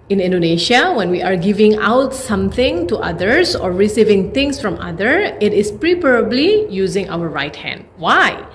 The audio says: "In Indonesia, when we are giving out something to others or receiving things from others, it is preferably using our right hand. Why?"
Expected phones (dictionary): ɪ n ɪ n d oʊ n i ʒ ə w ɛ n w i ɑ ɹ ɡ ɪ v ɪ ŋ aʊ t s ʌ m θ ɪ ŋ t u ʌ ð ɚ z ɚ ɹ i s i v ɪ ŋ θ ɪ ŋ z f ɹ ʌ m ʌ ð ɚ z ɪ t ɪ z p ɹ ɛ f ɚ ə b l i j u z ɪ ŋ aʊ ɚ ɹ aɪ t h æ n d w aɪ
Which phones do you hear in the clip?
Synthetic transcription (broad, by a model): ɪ n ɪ n d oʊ n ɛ ʃ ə w ɛ n w i ɑ ɹ ɡ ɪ v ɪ ŋ aʊ t s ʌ m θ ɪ ŋ t u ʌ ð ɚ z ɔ ɹ i s i v ɪ ŋ t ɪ ŋ s f ɹ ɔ m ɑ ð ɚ ɪ t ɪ s p ɹ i p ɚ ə b l i j u z ɪ ŋ aʊ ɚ ɹ aɪ t h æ n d w aɪ